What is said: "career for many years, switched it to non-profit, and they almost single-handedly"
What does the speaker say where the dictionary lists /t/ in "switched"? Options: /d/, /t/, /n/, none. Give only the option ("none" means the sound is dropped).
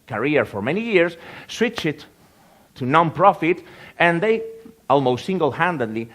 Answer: none